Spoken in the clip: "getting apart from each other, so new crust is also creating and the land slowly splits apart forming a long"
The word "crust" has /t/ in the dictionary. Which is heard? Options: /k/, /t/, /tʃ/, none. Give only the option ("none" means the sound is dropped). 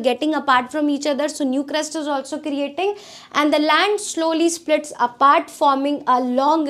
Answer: /t/